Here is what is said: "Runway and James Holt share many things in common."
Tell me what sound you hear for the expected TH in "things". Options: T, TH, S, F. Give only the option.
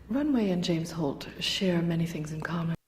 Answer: TH